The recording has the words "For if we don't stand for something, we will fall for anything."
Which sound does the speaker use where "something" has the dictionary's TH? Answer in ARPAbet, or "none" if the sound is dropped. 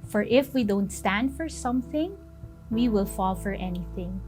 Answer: TH